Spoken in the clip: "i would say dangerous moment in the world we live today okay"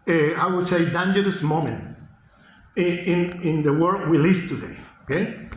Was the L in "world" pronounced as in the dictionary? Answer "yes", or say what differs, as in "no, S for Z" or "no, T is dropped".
no, L is dropped